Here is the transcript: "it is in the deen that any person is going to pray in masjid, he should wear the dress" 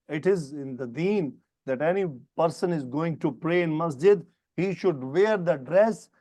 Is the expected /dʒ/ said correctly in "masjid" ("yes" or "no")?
yes